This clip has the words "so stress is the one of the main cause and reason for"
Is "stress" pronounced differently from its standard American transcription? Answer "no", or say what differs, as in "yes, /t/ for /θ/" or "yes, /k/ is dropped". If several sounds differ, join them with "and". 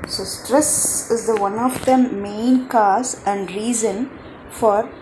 no